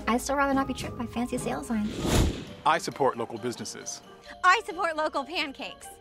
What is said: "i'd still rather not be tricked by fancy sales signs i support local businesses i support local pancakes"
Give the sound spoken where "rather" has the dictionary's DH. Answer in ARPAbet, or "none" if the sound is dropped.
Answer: none